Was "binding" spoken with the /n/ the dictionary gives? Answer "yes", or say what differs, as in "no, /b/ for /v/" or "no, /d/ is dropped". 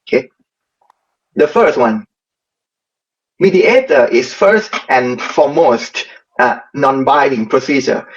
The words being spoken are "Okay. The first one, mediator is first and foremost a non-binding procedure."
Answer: no, /n/ is dropped